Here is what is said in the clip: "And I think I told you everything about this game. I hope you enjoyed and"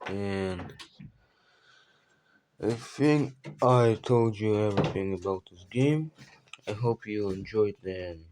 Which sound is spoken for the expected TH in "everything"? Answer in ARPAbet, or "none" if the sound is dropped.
TH